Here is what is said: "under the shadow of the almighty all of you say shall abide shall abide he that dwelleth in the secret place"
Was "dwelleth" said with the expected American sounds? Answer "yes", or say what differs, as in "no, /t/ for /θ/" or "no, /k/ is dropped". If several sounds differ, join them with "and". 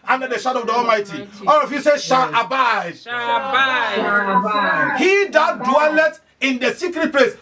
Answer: no, /t/ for /θ/